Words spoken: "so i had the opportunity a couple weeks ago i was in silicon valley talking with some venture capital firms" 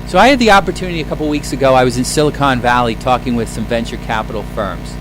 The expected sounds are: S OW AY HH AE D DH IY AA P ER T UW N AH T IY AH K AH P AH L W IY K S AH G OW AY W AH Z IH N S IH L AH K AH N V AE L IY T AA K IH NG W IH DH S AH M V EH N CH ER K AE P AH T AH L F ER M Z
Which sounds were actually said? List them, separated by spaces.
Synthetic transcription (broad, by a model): S OW AY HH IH D DH IY AA P ER T UW N AH T IY AH K AH P L W IY K S AH G OW AY W AH Z IH N S IH L AH K AH N V AE L IY T AA K IH NG W IH DH S AH M V EH N CH ER K AE P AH T L F ER M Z